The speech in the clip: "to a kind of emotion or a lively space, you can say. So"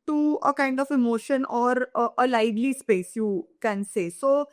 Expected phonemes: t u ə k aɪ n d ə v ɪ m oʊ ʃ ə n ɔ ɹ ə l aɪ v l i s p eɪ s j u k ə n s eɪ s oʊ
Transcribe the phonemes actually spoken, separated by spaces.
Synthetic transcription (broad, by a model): t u ə k aɪ n d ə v ɪ m oʊ ʃ ə n ɔ ɹ ə l aɪ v l i s p eɪ s j u k ə n s eɪ s oʊ